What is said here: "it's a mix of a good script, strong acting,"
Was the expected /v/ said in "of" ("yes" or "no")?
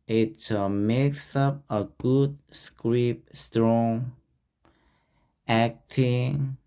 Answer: no